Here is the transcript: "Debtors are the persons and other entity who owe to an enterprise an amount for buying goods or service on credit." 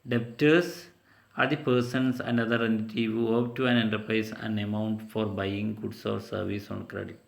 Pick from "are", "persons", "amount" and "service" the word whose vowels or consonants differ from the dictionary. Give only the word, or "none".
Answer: persons